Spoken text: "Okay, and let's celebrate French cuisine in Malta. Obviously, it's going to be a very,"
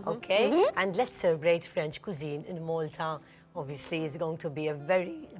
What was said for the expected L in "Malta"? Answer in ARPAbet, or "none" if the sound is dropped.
L